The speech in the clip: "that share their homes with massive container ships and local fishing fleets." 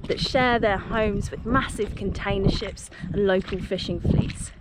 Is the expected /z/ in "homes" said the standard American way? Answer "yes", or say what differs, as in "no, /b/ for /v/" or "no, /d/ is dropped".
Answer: yes